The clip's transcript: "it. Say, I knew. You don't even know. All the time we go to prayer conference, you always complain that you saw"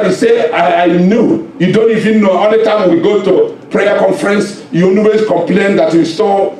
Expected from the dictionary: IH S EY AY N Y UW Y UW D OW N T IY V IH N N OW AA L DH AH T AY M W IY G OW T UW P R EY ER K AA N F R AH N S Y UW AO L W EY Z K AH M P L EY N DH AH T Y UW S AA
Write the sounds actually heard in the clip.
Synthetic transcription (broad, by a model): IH S EY AY N Y UW Y UW D OW N T IY V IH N N OW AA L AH T AY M W IY G OW T UW P R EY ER K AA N F R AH N S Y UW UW W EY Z K AH M P L EY N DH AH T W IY S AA